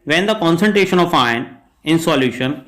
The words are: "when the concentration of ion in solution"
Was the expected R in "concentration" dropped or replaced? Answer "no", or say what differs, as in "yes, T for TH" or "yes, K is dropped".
no